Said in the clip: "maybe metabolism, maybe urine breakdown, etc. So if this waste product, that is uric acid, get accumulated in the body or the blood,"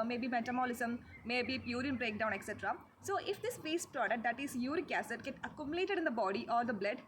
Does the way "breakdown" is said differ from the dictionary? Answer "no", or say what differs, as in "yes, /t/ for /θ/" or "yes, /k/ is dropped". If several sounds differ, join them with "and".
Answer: no